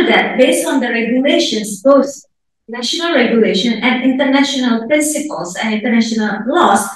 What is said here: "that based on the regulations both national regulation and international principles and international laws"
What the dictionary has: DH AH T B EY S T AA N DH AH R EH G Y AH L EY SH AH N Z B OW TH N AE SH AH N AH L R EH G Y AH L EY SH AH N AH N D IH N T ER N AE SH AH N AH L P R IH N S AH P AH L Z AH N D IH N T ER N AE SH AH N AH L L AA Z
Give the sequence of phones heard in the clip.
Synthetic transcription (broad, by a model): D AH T B EY S T AA N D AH R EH G Y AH L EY SH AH N S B OW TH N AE SH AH N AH L R EH G Y AH L EY SH AH N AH N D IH N T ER N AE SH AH N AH L P R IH N S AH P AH L S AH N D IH N T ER N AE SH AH N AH L L AA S